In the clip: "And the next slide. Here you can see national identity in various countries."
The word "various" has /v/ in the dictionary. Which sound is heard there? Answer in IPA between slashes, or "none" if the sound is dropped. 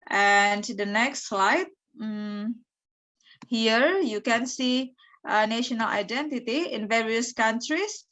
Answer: /v/